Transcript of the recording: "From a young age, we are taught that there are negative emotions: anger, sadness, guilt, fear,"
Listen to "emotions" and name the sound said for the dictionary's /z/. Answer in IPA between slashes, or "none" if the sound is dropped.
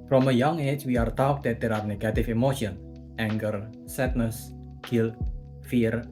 none